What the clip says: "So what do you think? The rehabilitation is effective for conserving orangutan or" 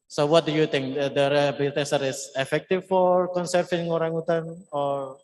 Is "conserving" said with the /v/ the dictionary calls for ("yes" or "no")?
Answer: no